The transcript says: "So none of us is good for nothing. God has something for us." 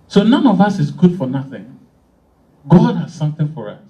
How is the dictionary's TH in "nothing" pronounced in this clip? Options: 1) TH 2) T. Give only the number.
1